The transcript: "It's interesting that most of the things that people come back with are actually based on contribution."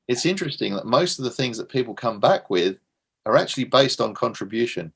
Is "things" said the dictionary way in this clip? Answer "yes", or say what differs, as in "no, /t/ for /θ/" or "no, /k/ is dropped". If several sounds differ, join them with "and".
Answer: yes